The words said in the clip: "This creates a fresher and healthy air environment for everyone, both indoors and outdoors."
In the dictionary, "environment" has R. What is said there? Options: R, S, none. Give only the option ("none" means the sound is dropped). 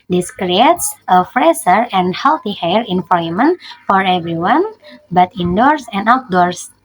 none